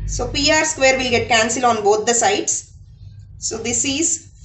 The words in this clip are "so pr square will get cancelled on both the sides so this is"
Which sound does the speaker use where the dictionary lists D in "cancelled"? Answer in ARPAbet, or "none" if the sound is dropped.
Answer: none